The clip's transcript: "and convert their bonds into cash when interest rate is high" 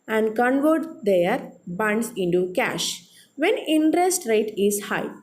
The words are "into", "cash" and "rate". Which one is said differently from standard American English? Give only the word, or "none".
none